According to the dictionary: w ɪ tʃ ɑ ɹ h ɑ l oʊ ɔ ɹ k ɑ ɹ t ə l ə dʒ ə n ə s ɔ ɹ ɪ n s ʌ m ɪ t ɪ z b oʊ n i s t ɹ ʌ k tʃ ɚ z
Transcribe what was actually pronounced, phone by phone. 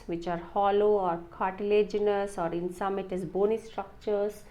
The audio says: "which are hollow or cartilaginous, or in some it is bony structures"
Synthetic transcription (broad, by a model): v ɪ tʃ ɑ ɹ h ɑ l oʊ ɔ ɹ k ɑ ɹ t ə l ə dʒ ə n ə s ɔ ɹ ɪ n s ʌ m ɪ t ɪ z b oʊ n i s t ɹ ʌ k tʃ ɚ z